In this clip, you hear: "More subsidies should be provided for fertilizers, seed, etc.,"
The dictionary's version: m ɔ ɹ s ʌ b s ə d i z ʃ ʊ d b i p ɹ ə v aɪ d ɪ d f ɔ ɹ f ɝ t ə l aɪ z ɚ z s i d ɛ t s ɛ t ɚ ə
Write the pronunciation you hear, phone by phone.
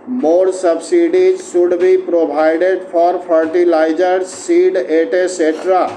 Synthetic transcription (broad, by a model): m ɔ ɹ s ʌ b s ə d i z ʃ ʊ d b i p ɹ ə b aɪ d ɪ d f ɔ ɹ p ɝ t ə l aɪ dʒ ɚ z s i d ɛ t s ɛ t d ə